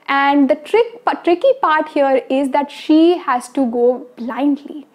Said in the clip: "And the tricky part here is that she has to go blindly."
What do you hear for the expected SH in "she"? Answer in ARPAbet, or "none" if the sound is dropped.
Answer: SH